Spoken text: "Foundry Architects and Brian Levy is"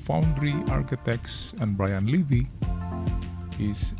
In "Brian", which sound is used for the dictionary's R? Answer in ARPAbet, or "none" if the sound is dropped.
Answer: R